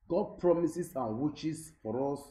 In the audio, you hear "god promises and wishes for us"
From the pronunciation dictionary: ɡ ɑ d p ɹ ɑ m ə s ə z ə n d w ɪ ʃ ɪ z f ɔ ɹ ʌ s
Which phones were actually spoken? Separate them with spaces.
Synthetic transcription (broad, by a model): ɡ ɑ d p ɹ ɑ m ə s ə s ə n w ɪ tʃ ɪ s f ɔ ɹ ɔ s